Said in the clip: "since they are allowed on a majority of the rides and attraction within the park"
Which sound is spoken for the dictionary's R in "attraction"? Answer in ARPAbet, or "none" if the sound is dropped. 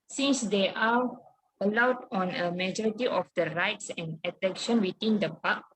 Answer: none